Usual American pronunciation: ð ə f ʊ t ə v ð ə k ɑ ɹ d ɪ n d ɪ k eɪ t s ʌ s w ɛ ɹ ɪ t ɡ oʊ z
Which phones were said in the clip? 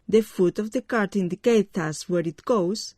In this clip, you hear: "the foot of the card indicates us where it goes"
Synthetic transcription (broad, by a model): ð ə f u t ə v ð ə k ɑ ɹ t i n d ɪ k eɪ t ʌ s w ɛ ɹ ɪ t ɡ oʊ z